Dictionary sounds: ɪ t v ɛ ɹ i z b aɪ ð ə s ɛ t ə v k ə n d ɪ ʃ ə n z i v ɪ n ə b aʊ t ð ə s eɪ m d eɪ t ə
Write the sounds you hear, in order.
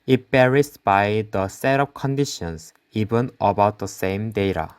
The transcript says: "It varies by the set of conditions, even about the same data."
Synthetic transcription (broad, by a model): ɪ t b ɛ ɹ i s b aɪ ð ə s ɛ t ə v k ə n d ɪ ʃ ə n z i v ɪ n ə b aʊ t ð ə s eɪ m d eɪ t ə